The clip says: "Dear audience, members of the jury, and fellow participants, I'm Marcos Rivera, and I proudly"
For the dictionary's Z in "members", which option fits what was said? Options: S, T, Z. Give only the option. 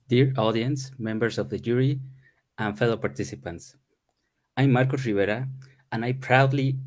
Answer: S